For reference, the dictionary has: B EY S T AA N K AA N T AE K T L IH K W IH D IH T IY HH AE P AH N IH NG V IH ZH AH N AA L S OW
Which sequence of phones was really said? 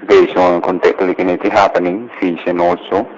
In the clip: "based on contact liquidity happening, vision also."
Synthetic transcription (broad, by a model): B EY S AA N K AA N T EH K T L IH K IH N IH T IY HH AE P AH N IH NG F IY SH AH N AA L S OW